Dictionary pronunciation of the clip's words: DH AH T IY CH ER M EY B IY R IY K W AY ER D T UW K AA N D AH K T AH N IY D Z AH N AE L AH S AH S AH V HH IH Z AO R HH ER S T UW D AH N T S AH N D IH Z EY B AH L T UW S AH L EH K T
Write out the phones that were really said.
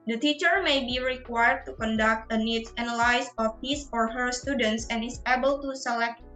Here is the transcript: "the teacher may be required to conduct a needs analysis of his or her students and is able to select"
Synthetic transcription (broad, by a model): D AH T IY CH ER M EY B IY R IY K W AY ER D T UW K AA N D AH K T AH N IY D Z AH N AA L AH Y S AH F HH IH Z AO R HH ER S T UW D AH N T S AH N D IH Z EY B AH L T UW S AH L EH K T